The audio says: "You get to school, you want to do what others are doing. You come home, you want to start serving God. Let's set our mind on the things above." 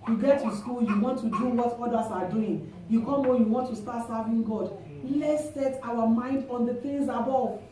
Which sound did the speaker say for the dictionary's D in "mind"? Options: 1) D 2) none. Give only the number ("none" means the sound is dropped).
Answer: 1